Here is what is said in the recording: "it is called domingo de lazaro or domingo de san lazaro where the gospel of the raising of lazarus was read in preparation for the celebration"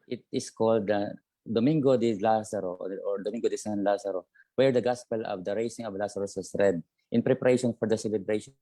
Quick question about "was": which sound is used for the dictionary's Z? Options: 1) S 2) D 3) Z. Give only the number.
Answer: 1